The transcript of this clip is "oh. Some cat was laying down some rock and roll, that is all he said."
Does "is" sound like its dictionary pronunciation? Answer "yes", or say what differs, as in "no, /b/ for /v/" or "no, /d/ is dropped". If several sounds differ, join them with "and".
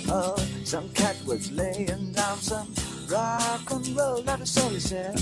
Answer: no, /s/ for /z/